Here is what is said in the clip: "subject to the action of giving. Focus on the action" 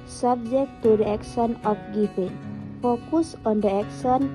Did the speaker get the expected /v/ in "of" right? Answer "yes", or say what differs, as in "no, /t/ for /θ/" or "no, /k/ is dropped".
no, /p/ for /v/